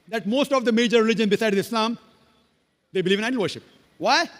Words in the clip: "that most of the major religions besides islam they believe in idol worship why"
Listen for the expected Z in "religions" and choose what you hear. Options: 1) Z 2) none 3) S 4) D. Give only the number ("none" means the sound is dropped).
2